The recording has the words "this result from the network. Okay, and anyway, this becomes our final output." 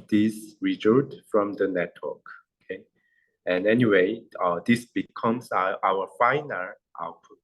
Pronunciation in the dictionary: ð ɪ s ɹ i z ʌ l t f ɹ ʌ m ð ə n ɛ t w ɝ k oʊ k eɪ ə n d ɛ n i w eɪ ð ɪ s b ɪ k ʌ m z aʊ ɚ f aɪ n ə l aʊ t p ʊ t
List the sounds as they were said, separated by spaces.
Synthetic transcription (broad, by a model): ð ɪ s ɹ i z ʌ t f ɹ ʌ m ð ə n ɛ t w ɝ k oʊ k eɪ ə n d ɛ n i w eɪ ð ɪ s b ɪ k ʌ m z aʊ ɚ f aɪ n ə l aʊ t p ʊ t